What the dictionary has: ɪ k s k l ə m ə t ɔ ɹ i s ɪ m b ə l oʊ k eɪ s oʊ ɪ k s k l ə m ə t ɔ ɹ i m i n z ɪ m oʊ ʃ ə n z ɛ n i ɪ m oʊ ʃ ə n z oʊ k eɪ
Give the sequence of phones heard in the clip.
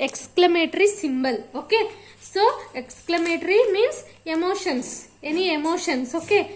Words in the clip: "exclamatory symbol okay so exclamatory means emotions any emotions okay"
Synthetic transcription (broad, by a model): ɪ k s k l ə m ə t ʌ ɹ i s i m b ə l oʊ k eɪ s oʊ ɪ k s k l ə m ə t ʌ ɹ i m i n s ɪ m oʊ ʃ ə n s ɛ n i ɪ m oʊ ʃ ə n s oʊ k eɪ